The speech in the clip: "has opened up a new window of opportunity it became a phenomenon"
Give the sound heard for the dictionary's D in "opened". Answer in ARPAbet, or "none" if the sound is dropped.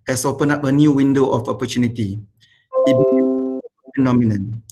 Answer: none